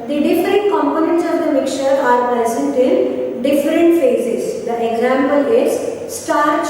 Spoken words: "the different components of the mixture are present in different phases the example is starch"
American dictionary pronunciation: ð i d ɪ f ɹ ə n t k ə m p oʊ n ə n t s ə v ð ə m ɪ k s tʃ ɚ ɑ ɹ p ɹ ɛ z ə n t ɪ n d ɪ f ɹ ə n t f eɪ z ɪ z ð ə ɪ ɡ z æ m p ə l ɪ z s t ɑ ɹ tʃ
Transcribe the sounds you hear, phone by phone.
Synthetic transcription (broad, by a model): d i d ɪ f ɹ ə n t k ə m p oʊ n ə n t s ə v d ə m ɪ k tʃ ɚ ɑ ɹ p ɹ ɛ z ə n t ɪ n d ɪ f ɹ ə n t f eɪ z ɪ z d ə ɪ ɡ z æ m p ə l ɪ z s t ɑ ɹ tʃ